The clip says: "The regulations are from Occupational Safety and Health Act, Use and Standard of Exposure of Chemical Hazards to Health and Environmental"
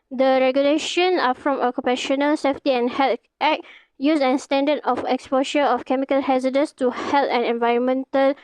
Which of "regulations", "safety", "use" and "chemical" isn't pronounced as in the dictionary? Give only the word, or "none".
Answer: regulations